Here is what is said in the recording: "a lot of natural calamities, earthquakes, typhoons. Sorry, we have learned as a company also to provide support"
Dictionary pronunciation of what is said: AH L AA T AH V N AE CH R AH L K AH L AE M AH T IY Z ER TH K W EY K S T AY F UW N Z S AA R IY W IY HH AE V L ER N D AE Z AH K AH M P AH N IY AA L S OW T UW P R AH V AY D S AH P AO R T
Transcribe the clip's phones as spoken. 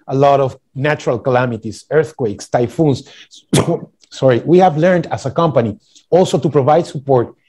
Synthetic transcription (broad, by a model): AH L AA T AH V N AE CH R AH L K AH L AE M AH T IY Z ER TH K W EY K S T AY F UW N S S AA R IY W IY HH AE V L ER N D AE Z AH K AH M P AH N IY AA L S OW T UW P R AH V AY D S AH P AO R T